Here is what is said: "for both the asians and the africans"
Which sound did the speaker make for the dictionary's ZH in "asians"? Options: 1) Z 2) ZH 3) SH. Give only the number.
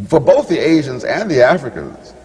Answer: 2